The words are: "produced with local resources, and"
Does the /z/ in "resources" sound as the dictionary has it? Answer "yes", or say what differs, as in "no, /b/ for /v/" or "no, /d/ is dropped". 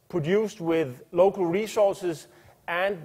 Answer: yes